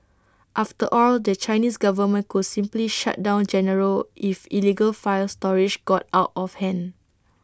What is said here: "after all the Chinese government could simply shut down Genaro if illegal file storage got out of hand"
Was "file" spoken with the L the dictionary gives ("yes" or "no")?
yes